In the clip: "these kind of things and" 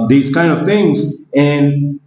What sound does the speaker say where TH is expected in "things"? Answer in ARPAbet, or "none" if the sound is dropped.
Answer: TH